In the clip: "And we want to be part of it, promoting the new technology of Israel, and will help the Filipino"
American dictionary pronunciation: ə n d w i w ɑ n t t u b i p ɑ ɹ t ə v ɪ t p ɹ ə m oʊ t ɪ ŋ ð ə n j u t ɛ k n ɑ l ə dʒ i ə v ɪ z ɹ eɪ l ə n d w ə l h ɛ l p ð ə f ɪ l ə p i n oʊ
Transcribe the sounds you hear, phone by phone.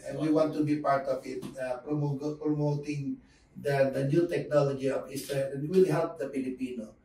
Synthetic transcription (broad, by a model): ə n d w i w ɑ n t t u b i p ɑ ɹ t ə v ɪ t p ɹ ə m oʊ t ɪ ŋ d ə n j u t ɛ k n ɑ l ə dʒ i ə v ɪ s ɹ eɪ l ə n w ə l h ɛ l p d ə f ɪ l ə p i n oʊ